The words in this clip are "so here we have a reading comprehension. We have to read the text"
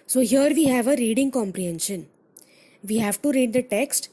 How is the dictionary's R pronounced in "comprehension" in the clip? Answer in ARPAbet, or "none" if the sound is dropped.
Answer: R